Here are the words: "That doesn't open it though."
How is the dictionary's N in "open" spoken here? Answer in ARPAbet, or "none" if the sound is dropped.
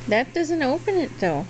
N